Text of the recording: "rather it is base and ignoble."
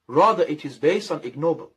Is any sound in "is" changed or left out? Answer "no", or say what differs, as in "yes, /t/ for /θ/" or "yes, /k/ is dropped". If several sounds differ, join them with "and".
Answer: no